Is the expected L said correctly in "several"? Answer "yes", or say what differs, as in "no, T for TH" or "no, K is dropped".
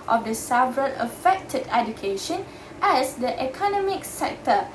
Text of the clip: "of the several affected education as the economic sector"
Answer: no, N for L